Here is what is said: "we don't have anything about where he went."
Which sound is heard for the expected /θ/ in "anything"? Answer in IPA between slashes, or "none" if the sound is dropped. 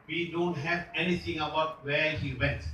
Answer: /t/